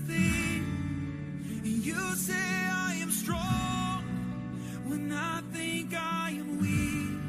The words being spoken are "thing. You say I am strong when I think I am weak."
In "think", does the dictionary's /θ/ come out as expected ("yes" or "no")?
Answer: yes